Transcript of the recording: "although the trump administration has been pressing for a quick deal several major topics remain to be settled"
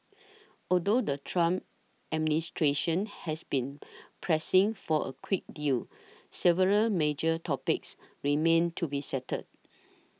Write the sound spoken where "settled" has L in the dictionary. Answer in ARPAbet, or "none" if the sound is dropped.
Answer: none